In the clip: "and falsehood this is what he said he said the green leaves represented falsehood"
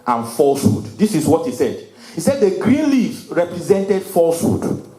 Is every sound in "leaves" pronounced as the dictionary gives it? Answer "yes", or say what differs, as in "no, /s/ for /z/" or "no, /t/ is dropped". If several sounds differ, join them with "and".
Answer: no, /z/ is dropped